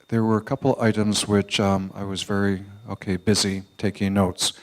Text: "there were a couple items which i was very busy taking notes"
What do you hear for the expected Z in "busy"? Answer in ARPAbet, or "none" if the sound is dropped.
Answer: Z